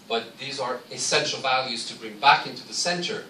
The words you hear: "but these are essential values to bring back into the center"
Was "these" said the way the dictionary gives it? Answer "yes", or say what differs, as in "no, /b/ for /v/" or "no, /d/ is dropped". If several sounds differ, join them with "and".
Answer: yes